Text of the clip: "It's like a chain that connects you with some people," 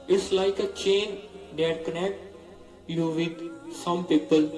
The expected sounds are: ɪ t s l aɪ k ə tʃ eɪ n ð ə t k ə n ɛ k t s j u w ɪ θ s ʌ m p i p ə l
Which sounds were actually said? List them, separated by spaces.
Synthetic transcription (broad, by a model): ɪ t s l aɪ k ə tʃ eɪ n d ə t k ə n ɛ k t j u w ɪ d s ʌ m p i p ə l